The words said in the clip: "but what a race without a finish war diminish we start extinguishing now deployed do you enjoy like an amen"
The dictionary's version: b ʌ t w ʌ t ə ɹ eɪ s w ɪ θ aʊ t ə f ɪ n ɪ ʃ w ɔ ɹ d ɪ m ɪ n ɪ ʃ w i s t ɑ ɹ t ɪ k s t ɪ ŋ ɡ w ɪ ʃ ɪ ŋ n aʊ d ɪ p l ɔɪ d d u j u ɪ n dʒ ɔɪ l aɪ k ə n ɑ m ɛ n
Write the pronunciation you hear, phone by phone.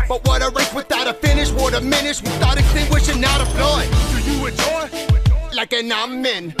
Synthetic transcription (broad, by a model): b ʌ t w ʌ t ə ɹ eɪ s w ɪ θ aʊ t ə f ɪ n ɪ ʃ w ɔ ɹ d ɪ m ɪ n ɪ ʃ w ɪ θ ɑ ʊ t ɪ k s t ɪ ŋ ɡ w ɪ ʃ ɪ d n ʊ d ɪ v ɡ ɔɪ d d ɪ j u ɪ dʒ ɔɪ l aɪ k ə n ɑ m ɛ n